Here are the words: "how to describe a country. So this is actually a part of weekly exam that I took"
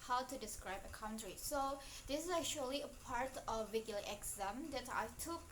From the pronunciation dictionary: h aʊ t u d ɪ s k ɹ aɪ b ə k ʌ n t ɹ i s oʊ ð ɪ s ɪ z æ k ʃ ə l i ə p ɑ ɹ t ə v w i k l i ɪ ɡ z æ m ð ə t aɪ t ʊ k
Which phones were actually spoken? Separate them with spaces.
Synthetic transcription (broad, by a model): h aʊ t u d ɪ s k ɹ aɪ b ə k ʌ n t ɹ i s oʊ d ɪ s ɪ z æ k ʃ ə l i ə p ɑ ɹ t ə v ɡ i l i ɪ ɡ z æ m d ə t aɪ t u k